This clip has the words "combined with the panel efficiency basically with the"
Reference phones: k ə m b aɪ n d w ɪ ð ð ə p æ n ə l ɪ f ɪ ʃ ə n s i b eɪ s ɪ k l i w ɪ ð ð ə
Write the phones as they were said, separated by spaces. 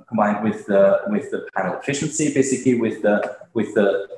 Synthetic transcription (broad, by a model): k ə m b aɪ n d w ɪ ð ð ə p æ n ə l ɪ f ɪ ʃ ə n s i b eɪ s ɪ k l i w ɪ ð ð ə